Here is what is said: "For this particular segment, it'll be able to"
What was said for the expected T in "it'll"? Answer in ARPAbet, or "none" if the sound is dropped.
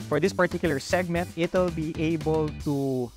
T